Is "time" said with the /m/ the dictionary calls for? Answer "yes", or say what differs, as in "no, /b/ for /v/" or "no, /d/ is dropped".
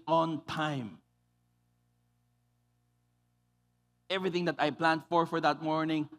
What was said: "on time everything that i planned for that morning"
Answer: yes